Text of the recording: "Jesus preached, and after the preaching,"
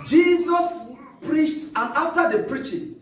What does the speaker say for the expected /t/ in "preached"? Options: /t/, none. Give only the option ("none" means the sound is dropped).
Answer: /t/